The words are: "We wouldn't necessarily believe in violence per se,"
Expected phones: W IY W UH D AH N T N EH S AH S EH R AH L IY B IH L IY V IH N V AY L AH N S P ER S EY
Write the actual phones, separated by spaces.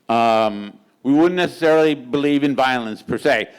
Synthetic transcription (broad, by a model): W IY W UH D N N EH S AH S EH R L IY B IH L IY V IH N V AY L AH N S P ER S EY